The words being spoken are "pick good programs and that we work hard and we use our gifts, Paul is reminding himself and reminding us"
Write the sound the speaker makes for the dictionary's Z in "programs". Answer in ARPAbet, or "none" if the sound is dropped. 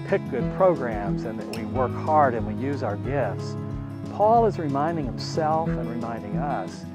Z